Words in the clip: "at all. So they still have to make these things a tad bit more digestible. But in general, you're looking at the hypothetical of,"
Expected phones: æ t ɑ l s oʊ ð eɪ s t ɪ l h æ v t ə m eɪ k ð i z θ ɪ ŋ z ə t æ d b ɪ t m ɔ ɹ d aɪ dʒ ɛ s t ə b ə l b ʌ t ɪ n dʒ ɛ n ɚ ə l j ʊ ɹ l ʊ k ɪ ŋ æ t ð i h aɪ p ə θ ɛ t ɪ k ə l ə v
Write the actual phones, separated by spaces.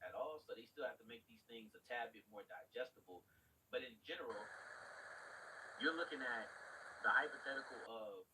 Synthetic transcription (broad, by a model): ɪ t ɑ l s oʊ ð eɪ s t ɪ l h æ f t ə m eɪ k ð i z θ ɪ ŋ z ə t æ b ɪ t m ɔ ɹ d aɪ dʒ ɛ s t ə b l b ʌ t ɪ n dʒ ɛ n ɚ l j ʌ ɹ l ʊ k ɪ ŋ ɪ t ð i h aɪ p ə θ ɛ t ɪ k l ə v